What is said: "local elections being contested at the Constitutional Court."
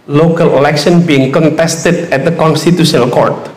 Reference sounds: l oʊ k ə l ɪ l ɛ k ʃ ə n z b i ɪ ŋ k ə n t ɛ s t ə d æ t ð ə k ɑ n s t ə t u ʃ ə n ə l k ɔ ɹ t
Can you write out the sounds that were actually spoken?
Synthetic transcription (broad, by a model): l oʊ k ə l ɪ l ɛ k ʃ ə n b i ɪ ŋ k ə n t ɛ s t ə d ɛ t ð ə k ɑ n s t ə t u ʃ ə n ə l k ɔ ɹ t